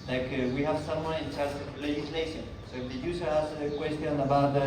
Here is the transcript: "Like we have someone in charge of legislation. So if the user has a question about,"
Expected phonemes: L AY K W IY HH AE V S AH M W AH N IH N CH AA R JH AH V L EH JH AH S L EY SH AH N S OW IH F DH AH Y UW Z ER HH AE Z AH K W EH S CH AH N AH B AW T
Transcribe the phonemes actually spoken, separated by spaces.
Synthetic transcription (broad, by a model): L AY K W IY HH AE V S AH M W AH N IH N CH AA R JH AH V L EH JH AH S L EY SH AH N S OW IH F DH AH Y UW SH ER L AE S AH K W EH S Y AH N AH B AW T